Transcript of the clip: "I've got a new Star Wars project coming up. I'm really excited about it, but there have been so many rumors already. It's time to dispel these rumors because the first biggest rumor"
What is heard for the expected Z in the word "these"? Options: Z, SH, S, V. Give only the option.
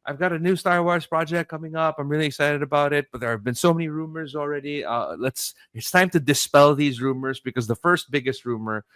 Z